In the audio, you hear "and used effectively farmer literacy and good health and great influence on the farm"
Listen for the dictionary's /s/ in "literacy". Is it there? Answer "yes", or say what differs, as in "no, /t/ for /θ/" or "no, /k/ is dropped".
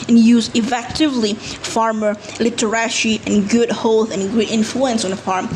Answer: no, /ʃ/ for /s/